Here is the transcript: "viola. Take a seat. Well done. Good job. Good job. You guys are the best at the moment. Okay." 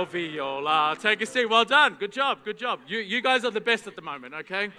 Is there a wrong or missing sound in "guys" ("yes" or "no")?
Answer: no